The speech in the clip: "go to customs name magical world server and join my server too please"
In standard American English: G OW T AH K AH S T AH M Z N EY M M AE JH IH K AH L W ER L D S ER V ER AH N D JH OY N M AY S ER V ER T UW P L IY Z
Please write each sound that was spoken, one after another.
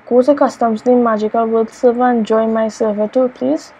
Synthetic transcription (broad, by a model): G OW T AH K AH S T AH M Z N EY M M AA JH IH K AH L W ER D S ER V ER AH N JH OY M AY S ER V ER T UW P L IY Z